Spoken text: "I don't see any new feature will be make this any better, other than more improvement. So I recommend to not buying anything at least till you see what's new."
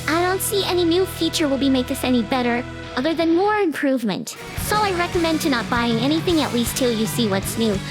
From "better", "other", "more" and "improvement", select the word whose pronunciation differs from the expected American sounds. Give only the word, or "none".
none